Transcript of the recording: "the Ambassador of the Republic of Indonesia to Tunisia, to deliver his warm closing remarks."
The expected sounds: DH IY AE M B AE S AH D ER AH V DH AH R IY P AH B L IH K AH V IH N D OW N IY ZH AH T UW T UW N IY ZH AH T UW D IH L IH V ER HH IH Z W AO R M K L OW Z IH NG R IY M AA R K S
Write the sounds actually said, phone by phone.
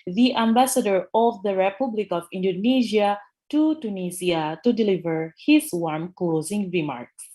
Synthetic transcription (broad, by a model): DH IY AE M B AE S AH D ER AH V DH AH R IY P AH B L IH K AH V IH N D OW N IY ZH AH T UW T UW N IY S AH T UW D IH L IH V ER HH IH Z W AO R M K L OW Z IH NG R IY M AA R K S